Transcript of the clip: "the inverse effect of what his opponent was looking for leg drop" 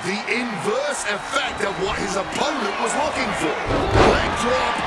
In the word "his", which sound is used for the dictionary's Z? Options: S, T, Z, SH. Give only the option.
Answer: Z